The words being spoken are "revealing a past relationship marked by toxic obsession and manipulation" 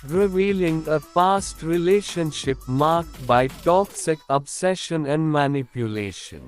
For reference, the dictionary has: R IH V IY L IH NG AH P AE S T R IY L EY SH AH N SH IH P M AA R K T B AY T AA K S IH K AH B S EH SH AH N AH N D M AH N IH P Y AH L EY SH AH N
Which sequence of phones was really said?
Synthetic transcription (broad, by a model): R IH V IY L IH NG AH F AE S T R IY L EY SH AH N SH IH P M AA R K T B AY T AA K S IH K AH B S EH SH AH N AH N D M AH N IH P Y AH L EY SH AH N